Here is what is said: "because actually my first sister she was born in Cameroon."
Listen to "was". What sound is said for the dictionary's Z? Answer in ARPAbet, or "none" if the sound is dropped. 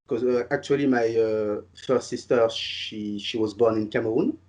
Z